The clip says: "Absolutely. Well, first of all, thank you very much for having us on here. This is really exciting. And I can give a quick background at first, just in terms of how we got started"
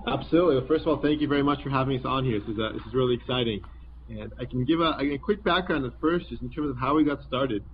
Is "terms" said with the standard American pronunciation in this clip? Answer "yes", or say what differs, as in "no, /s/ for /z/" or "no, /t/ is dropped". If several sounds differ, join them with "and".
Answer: yes